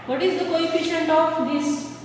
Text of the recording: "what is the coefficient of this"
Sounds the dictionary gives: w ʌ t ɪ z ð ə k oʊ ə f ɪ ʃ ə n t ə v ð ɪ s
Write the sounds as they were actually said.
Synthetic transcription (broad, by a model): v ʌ t ɪ z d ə k oʊ ə f ɪ ʃ ə n t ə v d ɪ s